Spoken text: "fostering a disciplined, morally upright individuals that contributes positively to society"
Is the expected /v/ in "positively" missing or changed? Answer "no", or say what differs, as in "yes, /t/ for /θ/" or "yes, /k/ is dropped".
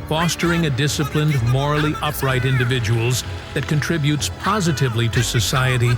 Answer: no